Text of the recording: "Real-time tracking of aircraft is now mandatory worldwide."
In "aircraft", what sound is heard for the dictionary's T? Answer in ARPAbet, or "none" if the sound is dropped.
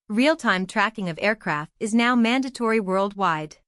T